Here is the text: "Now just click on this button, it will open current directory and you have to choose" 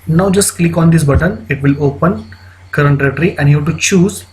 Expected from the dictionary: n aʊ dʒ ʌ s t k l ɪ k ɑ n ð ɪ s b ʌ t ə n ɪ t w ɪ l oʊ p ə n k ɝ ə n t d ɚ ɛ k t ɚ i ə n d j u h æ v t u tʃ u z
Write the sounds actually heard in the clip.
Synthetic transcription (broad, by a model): n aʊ dʒ ʌ s t k l ɪ k ɑ n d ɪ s b ʌ t ə n ɪ t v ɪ l oʊ p ə n k ɝ ə n t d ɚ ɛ t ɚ i ə n d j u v t u tʃ u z